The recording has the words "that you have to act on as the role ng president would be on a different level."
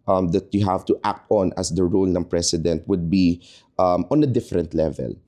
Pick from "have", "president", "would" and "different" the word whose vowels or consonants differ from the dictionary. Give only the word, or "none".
president